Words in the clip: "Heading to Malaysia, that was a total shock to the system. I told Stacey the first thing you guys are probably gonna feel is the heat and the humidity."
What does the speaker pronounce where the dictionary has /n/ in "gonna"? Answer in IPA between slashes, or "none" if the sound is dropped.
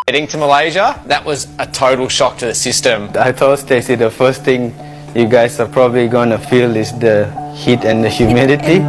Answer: /n/